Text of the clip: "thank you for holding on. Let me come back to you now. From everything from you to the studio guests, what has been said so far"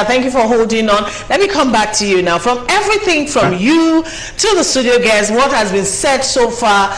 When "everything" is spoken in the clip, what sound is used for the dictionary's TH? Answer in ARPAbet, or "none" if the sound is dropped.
TH